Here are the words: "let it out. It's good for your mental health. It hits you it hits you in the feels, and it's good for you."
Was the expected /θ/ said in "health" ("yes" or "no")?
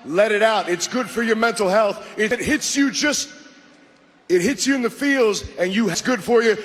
yes